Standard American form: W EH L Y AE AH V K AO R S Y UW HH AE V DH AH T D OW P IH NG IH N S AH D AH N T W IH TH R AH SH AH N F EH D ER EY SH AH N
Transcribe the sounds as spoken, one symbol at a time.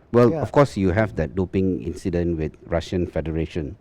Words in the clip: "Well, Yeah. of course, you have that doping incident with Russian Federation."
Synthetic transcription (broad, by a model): W EH L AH F K AO S Y UW HH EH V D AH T D OW P IH NG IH N S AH D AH N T W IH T R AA SH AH N F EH D ER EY SH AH N